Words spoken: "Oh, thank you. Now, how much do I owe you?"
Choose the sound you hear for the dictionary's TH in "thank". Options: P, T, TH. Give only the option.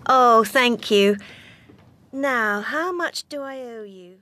TH